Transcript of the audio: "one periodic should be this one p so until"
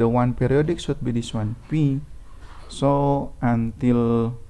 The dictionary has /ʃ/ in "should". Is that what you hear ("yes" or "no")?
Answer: no